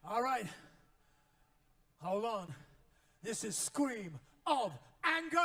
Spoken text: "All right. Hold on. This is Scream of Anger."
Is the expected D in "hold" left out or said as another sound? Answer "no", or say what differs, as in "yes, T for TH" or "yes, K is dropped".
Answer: yes, D is dropped